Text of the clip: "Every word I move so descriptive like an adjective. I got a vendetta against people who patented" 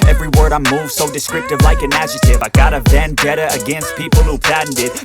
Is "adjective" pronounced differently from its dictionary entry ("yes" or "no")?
yes